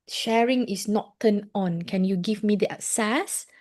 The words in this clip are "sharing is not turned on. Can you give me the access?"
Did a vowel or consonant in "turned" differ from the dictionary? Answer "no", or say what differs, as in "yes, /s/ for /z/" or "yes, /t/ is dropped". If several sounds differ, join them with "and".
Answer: yes, /d/ is dropped